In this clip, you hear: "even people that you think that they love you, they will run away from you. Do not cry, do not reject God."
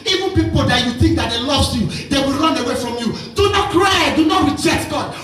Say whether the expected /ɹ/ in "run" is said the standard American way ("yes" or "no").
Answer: yes